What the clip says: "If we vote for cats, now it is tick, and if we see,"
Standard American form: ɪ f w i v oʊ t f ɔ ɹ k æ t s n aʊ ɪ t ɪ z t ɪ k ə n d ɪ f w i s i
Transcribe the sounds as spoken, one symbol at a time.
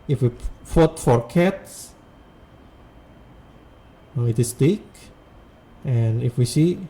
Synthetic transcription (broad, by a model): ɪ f w i f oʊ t f ɔ ɹ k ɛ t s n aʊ ɪ t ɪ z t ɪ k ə n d ɪ f w i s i